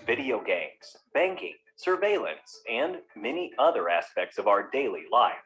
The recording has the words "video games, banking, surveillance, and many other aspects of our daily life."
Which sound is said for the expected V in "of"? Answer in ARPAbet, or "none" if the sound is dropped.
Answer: V